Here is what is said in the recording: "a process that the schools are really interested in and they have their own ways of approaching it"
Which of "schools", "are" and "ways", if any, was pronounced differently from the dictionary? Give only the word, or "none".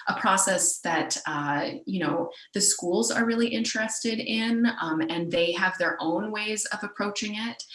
none